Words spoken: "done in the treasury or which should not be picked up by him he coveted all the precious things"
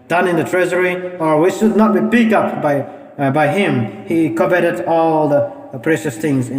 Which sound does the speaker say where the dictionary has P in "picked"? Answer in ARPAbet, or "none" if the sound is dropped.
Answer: B